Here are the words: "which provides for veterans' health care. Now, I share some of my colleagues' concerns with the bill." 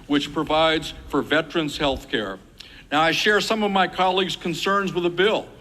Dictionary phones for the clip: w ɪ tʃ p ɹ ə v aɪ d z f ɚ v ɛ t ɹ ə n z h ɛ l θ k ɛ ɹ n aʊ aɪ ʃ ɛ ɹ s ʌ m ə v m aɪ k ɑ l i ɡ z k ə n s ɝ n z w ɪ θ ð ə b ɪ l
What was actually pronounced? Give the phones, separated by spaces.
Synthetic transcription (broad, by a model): w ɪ tʃ p ɹ ə v aɪ d z f ɚ v ɛ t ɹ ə n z h ɛ l θ k ɛ ɹ n aʊ aɪ ʃ ɛ ɹ s ʌ m ə v m aɪ k ɑ l i ɡ z k ə n s ɝ n z w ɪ ð ə b ɪ l